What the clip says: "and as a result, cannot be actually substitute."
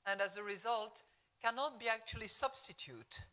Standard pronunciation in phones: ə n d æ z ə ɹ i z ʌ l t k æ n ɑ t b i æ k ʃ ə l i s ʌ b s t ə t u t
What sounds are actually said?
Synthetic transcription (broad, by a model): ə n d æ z ə ɹ i z ʌ l t k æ n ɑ t b i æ k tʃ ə l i s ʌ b s t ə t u t